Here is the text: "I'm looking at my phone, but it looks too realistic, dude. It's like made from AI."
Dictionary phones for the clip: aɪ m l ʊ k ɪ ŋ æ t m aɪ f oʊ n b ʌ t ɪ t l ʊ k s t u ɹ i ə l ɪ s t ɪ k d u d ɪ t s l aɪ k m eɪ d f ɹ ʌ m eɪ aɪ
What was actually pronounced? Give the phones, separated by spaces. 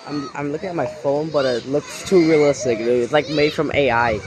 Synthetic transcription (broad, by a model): aɪ m l ʊ k ɪ ŋ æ t m aɪ f oʊ n b ʌ t ɪ t l ʊ k s t u ɹ i ə l ɪ s t ɪ k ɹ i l ɪ t s l aɪ k m eɪ d f ɹ ʌ m eɪ aɪ